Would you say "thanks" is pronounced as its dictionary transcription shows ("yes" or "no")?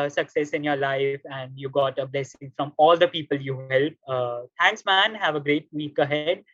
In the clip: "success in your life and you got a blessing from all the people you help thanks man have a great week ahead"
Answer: no